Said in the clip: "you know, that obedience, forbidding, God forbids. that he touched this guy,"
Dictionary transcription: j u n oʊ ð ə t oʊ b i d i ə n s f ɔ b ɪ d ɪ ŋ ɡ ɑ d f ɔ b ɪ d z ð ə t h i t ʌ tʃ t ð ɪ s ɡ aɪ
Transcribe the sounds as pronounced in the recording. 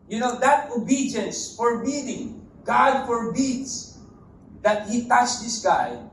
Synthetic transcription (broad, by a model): j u n oʊ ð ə t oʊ b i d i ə n s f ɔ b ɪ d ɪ ŋ ɡ ɑ d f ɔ b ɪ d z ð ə t h i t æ s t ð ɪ s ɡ aɪ